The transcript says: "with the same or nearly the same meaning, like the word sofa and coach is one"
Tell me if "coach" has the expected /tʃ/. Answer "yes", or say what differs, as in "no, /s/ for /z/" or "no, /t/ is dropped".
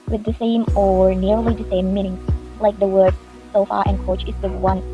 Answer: yes